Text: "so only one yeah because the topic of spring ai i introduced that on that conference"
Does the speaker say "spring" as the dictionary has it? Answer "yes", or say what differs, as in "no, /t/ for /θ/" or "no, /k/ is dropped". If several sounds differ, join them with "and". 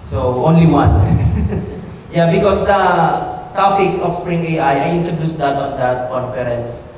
yes